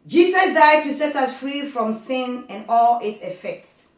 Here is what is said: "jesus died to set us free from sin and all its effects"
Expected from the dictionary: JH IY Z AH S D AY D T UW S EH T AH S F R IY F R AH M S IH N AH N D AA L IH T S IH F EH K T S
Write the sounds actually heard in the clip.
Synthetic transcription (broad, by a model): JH IY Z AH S D AY D T UW S EH T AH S F R IY F R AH M S IH N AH N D AA L IH T S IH F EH K T S